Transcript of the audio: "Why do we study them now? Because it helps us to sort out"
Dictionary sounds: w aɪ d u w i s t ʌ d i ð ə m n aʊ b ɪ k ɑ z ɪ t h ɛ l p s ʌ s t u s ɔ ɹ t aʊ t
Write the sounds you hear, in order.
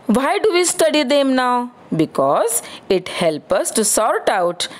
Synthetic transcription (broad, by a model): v aɪ d u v i s t ʌ d i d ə m n aʊ b ɪ k ɑ z ɪ t h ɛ l p ʌ s t u s ɔ ɹ t aʊ t